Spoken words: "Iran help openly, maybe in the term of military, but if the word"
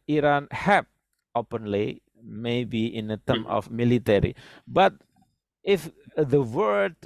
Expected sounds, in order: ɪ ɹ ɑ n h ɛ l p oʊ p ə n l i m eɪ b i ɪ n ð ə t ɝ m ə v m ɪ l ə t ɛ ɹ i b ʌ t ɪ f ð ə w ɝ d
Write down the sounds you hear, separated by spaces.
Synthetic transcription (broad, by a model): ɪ ɹ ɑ n h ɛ p oʊ p ə n l i m eɪ b i ɪ n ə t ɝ m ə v m ɪ l ə t ɛ ɹ i b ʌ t ɪ f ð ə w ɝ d